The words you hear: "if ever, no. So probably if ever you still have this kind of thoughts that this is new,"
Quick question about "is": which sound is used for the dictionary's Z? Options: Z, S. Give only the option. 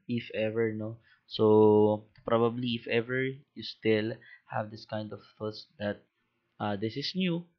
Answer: S